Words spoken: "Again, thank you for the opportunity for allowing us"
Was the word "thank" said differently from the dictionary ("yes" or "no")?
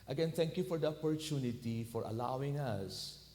yes